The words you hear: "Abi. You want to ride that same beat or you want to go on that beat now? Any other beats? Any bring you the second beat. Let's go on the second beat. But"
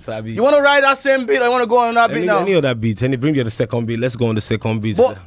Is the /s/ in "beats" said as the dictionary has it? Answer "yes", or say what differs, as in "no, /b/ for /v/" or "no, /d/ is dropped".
no, /s/ is dropped